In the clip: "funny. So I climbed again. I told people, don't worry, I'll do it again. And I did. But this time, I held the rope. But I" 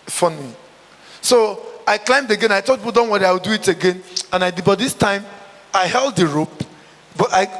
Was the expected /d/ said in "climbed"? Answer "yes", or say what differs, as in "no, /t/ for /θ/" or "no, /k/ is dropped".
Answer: yes